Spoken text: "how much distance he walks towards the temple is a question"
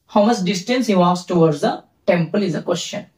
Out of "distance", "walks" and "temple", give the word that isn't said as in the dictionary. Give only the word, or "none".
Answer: walks